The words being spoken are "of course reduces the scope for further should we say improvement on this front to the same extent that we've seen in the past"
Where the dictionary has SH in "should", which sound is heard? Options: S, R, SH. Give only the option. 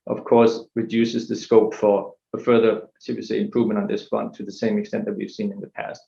S